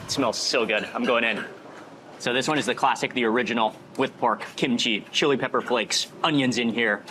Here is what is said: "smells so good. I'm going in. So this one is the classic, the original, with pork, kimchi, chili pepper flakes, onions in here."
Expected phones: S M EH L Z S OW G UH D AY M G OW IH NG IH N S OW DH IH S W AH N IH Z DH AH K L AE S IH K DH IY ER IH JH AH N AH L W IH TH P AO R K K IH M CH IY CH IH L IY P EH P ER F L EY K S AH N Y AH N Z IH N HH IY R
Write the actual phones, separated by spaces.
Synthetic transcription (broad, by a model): S M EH L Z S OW G UH D AY M G OW IH NG IH N S OW DH IH S W AH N IH Z DH AH K L AE S IH K DH IY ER IH JH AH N L W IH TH P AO R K K IH M CH IY CH IH L IY P EH P ER F L EY K S AH N Y AH N Z IH N HH IY R